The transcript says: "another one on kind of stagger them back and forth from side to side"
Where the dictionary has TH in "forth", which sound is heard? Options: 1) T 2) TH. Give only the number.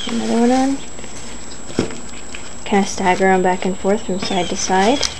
2